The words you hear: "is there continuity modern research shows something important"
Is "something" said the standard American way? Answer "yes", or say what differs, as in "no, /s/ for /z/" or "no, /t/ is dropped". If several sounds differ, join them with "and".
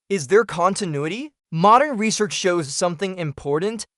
yes